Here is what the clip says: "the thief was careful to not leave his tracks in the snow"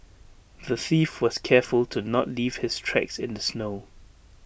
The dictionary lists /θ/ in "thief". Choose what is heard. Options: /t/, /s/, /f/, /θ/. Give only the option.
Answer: /θ/